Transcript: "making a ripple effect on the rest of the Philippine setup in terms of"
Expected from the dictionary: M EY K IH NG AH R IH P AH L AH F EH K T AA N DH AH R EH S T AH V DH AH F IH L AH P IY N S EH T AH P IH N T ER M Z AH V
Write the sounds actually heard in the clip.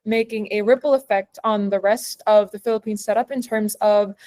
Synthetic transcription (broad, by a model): M EY K IH NG AH R IH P L AH F EH K T N DH AH R EH S T AH V DH AH F IH L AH P IY N S EH T AH P IH N T ER M Z AH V